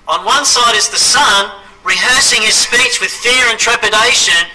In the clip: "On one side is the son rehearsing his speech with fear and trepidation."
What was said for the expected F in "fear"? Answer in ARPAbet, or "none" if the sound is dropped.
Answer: F